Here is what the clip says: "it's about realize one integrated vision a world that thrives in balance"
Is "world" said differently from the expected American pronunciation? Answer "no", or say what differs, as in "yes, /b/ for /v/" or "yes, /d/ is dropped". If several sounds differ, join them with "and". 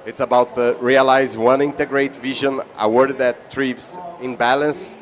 yes, /l/ is dropped